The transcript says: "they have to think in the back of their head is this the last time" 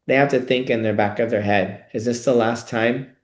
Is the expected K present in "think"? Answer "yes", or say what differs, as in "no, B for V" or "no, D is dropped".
yes